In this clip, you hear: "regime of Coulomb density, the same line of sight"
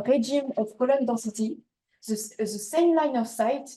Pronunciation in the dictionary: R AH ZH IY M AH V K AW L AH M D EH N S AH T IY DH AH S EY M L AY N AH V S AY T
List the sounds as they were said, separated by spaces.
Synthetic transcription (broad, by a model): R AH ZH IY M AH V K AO L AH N D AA S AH T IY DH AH S EY M L AY N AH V S AY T